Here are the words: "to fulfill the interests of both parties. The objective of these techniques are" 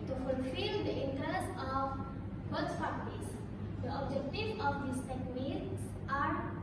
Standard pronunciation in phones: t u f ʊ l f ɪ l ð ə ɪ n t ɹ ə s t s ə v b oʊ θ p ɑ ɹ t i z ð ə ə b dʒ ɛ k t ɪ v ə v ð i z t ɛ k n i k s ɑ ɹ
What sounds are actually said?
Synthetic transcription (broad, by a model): t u f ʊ l f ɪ l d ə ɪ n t ɹ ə s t ə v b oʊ s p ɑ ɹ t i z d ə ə b dʒ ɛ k t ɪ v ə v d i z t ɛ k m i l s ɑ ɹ